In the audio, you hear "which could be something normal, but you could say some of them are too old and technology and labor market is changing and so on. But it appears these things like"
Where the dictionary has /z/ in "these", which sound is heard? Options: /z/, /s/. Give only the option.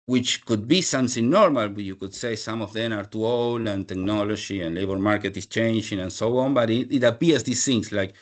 /s/